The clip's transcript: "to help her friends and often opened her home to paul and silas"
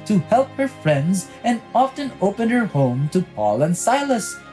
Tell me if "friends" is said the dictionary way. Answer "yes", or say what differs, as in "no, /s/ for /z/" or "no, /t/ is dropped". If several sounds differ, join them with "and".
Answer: yes